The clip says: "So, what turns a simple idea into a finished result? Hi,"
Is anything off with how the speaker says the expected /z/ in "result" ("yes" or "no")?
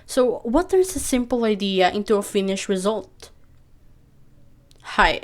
no